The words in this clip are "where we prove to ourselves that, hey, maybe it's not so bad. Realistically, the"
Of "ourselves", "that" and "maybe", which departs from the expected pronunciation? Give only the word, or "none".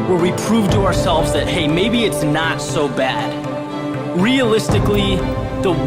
none